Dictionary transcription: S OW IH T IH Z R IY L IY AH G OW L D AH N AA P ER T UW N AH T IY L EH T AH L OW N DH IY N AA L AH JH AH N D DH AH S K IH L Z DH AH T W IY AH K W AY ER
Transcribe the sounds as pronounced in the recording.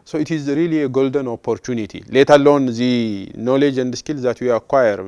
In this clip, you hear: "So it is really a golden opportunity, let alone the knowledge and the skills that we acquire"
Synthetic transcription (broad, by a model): S OW IH T IH Z R IY L IY AH G OW L D AH N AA P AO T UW N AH T IY L EH T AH L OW N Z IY N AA L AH JH AH N D S K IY L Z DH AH T W IY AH K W AY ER